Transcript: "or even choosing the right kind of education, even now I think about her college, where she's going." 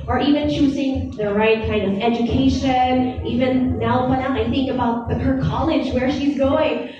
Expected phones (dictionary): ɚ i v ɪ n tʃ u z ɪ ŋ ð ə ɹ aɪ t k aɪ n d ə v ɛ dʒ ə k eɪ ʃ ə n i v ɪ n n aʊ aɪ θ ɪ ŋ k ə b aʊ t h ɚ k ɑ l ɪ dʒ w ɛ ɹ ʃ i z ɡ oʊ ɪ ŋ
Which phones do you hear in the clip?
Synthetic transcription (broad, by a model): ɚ i v ɪ n tʃ u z ɪ ŋ ð ə ɹ aɪ t k aɪ n d ə v ɛ dʒ ə k eɪ ʃ ə n i v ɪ n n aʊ aɪ θ ɪ ŋ k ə b aʊ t h ɚ k ɑ l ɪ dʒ w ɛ ɹ ʃ i z ɡ oʊ ɪ ŋ